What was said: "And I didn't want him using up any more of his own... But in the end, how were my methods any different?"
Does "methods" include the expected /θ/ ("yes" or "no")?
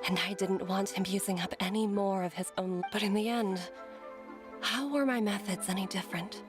yes